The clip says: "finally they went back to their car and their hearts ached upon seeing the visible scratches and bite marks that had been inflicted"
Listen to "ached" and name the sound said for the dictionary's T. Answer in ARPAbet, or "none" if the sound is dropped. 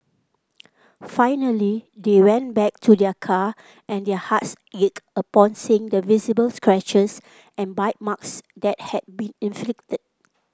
none